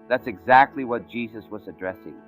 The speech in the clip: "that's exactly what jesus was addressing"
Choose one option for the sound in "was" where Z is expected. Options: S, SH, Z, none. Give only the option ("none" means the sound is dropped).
Z